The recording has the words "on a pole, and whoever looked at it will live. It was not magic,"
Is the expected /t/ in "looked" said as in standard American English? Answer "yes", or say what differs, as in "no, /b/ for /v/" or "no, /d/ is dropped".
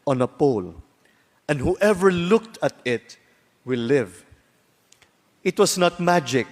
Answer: yes